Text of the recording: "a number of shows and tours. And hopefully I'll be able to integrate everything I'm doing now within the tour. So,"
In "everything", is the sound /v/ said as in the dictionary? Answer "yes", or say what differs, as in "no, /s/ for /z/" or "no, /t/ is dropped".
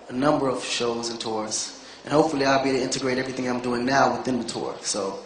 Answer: yes